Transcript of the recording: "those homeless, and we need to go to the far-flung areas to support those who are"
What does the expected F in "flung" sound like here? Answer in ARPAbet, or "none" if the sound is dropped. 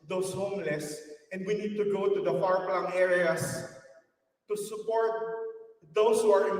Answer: P